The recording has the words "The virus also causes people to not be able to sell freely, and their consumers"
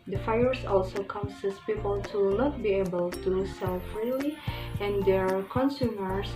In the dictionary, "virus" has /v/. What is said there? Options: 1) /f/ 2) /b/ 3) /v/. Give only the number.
1